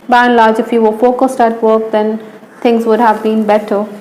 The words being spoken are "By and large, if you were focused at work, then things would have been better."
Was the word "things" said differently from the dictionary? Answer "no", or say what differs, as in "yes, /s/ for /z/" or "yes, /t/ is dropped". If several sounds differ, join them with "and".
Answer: yes, /t/ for /θ/